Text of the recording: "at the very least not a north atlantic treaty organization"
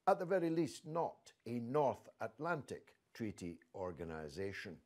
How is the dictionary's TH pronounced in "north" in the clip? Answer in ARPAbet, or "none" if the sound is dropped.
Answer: TH